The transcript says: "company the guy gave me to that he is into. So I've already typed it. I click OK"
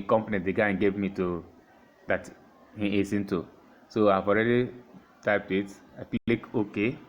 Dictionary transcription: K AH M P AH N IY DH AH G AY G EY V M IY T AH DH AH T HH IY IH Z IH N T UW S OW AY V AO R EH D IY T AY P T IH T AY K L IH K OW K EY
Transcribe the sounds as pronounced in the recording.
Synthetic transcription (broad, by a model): K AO M P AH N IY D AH G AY G EY V M IY T AH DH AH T HH IY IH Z IH N T UW S OW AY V AO R EH D IY T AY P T IH T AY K L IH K OW K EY